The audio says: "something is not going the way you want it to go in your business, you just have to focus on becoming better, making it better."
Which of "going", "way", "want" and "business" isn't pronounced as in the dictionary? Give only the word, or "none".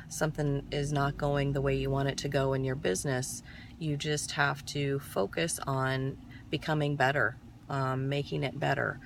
want